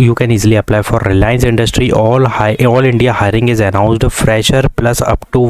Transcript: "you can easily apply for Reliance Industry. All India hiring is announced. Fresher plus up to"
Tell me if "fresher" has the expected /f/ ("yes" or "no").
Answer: yes